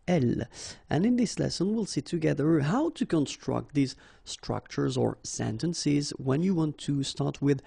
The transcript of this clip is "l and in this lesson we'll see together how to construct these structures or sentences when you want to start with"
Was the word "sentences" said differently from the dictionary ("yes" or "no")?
no